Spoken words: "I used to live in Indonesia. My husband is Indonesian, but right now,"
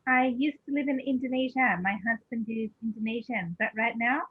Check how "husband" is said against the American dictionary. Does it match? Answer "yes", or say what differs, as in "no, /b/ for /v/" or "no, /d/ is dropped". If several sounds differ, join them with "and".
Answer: yes